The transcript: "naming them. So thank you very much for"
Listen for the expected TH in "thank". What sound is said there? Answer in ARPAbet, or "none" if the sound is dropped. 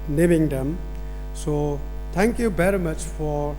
T